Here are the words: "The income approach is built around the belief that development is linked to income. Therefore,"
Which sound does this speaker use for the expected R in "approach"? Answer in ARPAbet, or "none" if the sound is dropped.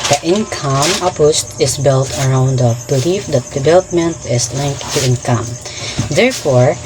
none